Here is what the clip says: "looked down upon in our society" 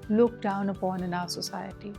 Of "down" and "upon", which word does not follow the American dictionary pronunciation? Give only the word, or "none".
none